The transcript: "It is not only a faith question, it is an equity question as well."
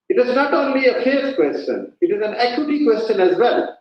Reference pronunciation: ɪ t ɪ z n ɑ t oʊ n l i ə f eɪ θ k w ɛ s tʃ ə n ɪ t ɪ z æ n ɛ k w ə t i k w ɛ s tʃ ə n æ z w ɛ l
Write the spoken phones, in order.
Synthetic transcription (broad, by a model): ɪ t ɪ z n ɑ t oʊ n l i ə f eɪ f k w ɛ s tʃ ə n ɪ t ɪ z æ n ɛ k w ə t i k w ɛ s tʃ ə n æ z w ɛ l